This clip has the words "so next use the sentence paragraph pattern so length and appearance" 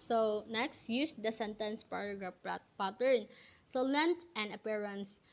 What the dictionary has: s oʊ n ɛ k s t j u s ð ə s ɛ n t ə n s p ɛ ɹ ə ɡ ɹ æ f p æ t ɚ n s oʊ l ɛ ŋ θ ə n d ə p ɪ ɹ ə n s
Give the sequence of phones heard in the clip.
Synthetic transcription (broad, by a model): s oʊ n ɛ k s t j u s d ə s ɛ n t ə n s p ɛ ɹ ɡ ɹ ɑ p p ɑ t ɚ n s oʊ l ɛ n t ə n d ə p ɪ ɹ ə n s